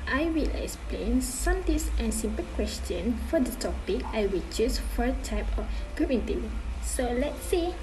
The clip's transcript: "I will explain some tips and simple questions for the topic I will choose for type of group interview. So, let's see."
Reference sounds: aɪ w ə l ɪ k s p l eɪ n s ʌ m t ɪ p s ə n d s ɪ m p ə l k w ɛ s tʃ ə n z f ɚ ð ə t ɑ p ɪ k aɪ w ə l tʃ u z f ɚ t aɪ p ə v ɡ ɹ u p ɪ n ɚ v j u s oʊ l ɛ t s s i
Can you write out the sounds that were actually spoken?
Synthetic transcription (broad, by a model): aɪ w ə l ɪ k s p l eɪ n s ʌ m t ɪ s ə n s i m p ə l k w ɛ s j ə n f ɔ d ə t ɑ p ɪ k aɪ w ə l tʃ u s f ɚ t aɪ p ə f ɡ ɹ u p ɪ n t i s oʊ l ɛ t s s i